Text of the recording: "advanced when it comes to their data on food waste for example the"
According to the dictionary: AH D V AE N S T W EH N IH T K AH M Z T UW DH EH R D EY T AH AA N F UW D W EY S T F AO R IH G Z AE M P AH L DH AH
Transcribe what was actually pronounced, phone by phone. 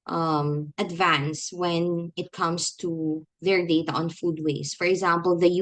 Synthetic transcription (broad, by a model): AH D V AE N S W EH N IH T K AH M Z T UW DH EH R D EY T AH AA N F UW D W EY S F AO R IH G Z AE M P AH L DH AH